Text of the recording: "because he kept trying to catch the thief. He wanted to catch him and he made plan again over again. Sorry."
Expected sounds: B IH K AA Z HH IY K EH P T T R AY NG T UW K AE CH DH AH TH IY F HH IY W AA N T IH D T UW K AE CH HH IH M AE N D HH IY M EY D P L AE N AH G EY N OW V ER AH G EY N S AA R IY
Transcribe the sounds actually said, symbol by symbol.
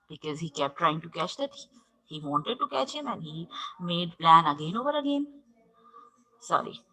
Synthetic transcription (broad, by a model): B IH K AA Z HH IY K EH P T T R AY NG T UW K AE CH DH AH T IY HH IY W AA N T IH D T UW K AE CH HH IH M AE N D HH IY M EY D P L AE N AH G EY N OW V ER AH G EY N S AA R IY